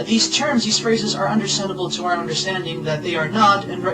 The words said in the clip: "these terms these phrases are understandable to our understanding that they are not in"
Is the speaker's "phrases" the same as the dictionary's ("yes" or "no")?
yes